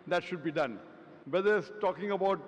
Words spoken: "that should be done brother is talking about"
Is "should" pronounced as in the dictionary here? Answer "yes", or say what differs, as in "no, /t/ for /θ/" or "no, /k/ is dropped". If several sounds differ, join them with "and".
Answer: yes